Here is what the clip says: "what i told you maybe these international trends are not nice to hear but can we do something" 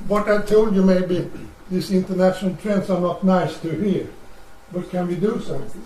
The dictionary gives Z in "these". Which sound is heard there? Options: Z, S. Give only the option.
S